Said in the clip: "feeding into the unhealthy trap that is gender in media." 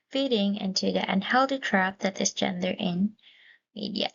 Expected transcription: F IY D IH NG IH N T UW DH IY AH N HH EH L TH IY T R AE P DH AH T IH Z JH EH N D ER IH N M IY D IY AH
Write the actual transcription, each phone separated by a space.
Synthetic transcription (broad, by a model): F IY D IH NG IH N T UW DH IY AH N HH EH L T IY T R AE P DH AH T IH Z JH EH N D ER IH N M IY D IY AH